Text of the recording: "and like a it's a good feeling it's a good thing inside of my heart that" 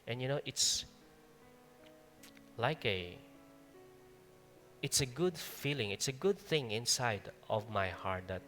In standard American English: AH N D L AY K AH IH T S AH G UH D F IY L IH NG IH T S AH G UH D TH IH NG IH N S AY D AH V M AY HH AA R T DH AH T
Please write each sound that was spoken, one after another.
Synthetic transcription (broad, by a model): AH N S L AY K AH IH T S AH G UH D F IY L IH NG IH T S AH G UH D TH IH NG IH N S AY D AH V M AY HH AA R T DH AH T